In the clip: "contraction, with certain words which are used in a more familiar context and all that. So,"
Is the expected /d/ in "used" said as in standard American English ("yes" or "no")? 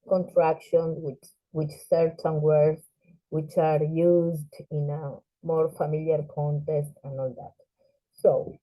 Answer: yes